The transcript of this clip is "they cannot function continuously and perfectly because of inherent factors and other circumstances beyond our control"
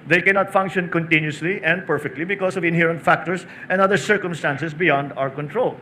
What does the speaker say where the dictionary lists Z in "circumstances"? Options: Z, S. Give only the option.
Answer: S